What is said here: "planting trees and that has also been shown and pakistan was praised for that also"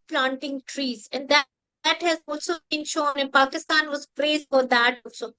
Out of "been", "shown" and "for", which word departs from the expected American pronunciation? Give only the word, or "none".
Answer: none